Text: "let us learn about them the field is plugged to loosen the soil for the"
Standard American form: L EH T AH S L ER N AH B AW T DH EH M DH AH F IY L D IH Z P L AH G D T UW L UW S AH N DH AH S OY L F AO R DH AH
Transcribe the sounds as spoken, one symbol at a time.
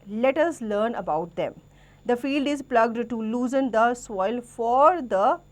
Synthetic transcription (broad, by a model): L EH T AH S L ER N AH B AW T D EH M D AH F IY L D IH Z P L AH G D T UW L UW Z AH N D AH S OY L F AO R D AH